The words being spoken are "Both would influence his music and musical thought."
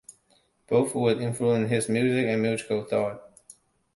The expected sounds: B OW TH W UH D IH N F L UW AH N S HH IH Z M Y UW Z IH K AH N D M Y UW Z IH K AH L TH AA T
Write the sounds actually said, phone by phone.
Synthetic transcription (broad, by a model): B OW TH W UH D IH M F L UW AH N HH IH Z M Y UW Z IH K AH N M Y UW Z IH K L TH AA T